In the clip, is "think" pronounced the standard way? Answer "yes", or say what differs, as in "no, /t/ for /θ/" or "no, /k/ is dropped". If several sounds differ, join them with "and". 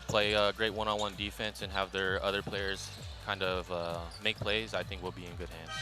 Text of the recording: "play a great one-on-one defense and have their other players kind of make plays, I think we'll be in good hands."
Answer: yes